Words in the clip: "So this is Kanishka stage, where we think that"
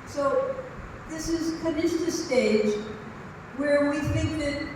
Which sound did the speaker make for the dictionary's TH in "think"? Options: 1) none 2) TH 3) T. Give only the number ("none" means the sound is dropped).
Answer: 2